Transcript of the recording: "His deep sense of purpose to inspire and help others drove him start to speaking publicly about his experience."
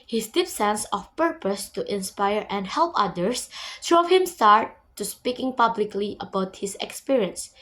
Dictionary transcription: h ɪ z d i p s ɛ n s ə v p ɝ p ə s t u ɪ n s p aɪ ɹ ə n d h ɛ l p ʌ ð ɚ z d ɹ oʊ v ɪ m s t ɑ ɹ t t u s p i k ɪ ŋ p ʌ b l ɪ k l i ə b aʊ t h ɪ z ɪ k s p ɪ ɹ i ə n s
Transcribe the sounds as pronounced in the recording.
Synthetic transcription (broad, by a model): h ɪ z d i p s ɛ n s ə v p ɝ p ə s t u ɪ n s p aɪ ɹ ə n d h ɛ l p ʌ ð ɚ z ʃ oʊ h ɪ m s t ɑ ɹ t t u s p i k ɪ ŋ p ʌ b l ɪ k l i ə b aʊ t h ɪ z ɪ k s p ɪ ɹ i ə n s